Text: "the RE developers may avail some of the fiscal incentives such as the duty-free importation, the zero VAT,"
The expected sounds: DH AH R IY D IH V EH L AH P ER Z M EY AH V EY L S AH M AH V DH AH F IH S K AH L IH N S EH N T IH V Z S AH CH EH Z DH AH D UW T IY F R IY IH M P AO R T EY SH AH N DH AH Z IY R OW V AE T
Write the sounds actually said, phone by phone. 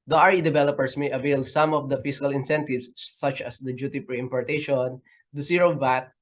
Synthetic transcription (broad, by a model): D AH R IY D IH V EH L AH P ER S M EY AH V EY L S AH M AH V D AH F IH S K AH L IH N S EH N T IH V S AH CH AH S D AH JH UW T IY P R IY IH M P AO R T EY SH AH N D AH S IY R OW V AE T